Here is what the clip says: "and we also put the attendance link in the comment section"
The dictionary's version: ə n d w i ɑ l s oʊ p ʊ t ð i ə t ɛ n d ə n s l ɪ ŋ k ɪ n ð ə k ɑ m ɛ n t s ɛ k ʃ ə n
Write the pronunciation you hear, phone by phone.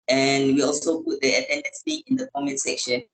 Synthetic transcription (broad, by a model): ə n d w i ɑ l s oʊ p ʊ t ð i ə t ɛ n d ə n s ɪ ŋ ɪ n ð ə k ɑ m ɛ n s ɛ k ʃ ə n